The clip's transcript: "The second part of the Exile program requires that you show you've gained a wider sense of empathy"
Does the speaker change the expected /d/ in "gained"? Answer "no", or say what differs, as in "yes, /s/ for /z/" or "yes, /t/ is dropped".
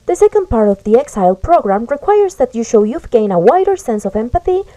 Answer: yes, /d/ is dropped